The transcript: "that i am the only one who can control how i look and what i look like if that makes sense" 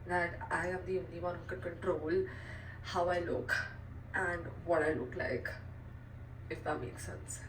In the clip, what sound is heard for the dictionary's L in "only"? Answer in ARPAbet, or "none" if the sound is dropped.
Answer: none